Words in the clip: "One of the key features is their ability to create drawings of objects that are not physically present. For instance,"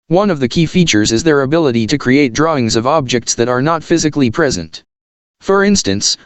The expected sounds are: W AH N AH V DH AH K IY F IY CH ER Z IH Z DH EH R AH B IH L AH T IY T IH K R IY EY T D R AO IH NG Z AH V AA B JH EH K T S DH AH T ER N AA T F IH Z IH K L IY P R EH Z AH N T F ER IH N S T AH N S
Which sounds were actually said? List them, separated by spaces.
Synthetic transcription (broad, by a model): W AH N AH V DH AH K IY F IY CH ER Z IH Z DH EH R AH B IH L AH T IY T IH K R IY EY T D R AO IH NG Z AH V AA B JH EH K T S DH AH T ER N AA T F IH Z IH K L IY P R EH Z AH N T F ER IH N S T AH N S